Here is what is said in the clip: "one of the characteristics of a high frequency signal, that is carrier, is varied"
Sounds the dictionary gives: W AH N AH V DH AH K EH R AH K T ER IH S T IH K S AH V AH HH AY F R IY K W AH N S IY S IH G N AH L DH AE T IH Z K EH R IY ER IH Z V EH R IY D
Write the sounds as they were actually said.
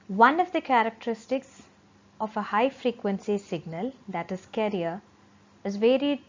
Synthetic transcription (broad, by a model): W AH N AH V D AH K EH R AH K T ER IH S T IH K S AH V AH HH AY F R IY K W AH N S IY S IH G N AH L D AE T IH Z K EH R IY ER IH Z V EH R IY D